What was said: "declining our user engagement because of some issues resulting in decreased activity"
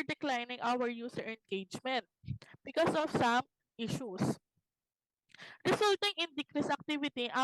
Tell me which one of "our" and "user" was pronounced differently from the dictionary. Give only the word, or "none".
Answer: user